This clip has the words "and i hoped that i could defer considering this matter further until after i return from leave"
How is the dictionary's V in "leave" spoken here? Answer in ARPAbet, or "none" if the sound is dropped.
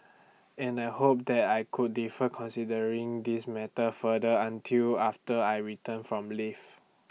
F